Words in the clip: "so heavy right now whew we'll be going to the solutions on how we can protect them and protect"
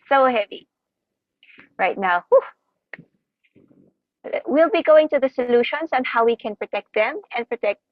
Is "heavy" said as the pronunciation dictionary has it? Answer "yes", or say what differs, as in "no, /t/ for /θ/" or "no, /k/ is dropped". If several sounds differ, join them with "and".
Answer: yes